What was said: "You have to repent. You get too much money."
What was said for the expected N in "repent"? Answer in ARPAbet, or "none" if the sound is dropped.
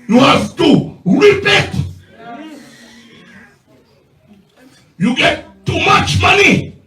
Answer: none